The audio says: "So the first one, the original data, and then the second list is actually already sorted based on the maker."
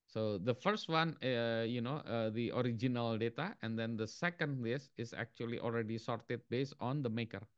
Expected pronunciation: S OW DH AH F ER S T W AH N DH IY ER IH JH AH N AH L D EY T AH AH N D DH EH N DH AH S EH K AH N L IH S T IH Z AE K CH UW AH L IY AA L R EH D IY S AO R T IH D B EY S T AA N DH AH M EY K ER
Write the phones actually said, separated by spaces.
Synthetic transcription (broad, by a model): S OW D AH F ER S T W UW N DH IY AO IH JH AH N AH L D EY T AH AH N D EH N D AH S EH K AH N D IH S IH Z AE K CH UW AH L IY AA L R EH D IY S AO R T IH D B EY S T AA N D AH M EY K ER